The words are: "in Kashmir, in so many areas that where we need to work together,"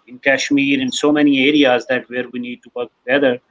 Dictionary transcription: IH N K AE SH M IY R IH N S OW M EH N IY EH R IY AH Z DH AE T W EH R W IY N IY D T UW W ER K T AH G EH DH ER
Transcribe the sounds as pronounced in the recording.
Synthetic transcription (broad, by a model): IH N K AE SH M IY R IH N S OW M EH N IY EH R IY AH Z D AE T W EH R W IY N IY D T UW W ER K T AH G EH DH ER